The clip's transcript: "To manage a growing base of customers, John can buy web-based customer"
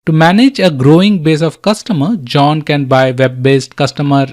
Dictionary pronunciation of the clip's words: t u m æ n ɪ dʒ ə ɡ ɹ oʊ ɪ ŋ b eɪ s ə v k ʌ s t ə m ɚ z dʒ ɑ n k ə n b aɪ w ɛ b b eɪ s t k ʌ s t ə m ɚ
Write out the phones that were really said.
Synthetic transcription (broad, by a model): t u m æ n ɪ dʒ ə ɡ ɹ oʊ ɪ ŋ b eɪ s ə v k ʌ s t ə m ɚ dʒ ɑ n k ə n b aɪ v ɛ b b eɪ s t k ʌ s t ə m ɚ